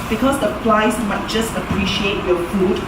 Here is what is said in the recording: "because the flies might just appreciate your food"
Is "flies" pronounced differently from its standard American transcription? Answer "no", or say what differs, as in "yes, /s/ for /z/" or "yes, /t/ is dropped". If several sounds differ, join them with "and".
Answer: yes, /p/ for /f/